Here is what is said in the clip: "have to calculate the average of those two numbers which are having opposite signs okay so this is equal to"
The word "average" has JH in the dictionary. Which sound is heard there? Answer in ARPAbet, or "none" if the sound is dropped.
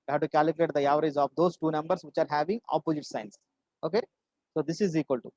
Z